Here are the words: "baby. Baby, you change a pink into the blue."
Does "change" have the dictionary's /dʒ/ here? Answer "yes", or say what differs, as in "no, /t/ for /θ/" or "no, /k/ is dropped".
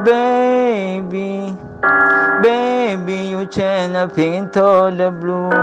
no, /dʒ/ is dropped